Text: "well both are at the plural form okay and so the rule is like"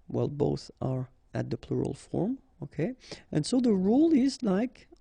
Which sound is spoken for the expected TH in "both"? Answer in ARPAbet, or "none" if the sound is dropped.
TH